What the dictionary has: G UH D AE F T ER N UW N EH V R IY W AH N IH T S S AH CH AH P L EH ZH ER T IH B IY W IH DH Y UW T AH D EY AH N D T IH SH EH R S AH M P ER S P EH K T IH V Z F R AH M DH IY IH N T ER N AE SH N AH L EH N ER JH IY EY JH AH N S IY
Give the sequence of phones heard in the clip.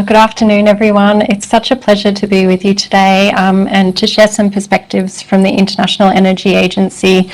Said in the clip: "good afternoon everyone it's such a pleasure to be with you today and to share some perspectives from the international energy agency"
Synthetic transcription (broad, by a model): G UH D AE F T ER N UW N EH V R IY W AH N IH T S S AH CH AH P L EH ZH ER T IH B IY W IH DH Y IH T AH D EY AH N T IH SH EH R S AH M P ER S P EH K T IH V Z F R AH M DH IY IH N T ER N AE SH N L EH N ER JH IY EY JH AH N S IY